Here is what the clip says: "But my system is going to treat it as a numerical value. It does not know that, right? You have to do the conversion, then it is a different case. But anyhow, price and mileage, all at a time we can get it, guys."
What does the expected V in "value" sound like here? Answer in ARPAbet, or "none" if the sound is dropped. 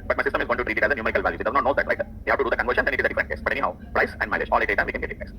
V